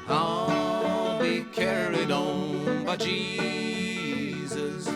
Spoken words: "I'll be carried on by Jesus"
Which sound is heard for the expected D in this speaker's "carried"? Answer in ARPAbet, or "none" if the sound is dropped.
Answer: D